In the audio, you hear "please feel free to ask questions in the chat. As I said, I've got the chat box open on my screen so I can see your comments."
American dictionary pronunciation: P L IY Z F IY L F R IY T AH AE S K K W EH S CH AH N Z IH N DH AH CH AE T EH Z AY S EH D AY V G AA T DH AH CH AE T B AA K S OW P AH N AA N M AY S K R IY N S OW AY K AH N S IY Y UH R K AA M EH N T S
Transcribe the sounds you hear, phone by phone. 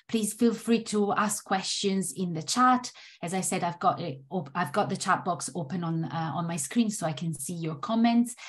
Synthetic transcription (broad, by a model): P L IY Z F IY L F R IY T AH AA S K K W EH S CH AH N Z IH N DH AH CH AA T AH Z AY S EH D AY V G AA T DH AH CH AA T B AA K S OW P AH N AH N M AY S K R IY N S OW AY K AH N S IY Y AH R K AA M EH N T S